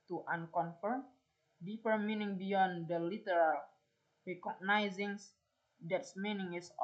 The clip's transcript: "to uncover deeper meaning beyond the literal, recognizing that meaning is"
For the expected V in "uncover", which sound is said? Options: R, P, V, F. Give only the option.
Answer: F